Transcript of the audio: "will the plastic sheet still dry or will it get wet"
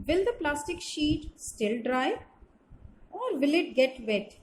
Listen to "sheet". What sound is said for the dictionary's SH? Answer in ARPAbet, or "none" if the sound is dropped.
SH